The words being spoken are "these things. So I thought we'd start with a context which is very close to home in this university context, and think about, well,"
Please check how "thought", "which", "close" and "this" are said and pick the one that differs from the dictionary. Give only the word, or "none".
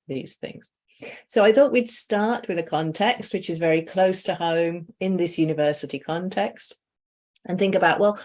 none